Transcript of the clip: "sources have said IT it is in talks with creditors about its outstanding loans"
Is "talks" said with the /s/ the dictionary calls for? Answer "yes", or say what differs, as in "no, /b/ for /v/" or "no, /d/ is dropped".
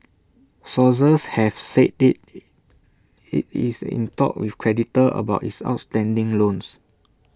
no, /s/ is dropped